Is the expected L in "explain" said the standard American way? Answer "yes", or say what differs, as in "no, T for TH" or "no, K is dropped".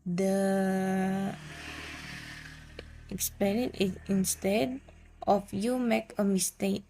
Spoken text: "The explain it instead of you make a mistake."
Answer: no, N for L